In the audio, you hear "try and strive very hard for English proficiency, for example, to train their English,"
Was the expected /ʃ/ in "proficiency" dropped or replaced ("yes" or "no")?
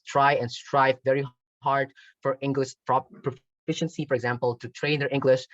no